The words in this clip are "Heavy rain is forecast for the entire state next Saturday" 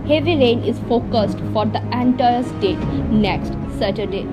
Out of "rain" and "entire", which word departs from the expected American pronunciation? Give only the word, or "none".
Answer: none